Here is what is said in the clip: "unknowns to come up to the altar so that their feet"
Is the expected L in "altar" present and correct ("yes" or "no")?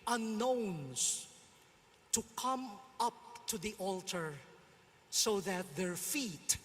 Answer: yes